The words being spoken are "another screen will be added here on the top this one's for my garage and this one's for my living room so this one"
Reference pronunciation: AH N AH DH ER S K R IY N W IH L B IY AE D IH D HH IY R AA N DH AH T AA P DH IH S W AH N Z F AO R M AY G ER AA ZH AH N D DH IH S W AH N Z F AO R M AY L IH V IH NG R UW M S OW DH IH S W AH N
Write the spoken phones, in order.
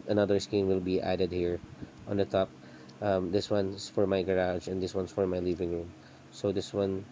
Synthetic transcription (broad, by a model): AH N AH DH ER S K IY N W IH L B IY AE D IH D HH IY R AA N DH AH T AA P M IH S W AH N S F AO R M AY G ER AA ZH AH N D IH S W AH N S F AO R M AY L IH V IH NG R UW M S OW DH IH S W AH N